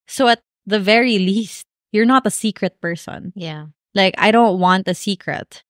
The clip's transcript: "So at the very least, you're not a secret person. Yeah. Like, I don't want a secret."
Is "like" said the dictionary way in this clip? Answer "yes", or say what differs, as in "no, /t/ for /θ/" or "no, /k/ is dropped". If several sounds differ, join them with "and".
yes